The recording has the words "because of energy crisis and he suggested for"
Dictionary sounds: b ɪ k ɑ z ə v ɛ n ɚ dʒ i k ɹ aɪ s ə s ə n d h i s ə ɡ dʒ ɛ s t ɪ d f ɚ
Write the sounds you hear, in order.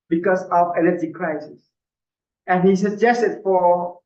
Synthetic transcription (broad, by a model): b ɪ k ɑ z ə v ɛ l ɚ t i k ɹ aɪ s ə s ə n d h i s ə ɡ dʒ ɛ s t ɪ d f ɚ